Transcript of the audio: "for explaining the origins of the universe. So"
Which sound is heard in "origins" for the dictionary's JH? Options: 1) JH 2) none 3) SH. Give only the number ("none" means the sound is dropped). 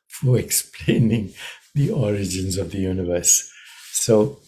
1